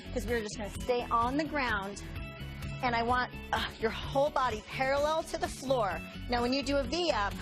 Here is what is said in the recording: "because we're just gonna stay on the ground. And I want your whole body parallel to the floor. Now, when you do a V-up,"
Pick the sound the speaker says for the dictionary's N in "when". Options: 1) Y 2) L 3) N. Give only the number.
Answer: 3